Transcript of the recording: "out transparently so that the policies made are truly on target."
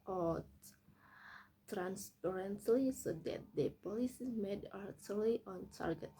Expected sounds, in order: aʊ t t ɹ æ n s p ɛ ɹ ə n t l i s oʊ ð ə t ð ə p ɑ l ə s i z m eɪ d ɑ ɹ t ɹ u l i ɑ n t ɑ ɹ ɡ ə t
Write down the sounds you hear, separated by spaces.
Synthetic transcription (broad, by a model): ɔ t t ɹ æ n s p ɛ ɹ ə n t l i s oʊ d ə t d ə p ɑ l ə s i m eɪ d ɑ ɹ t u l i ɑ n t ɑ ɹ ɡ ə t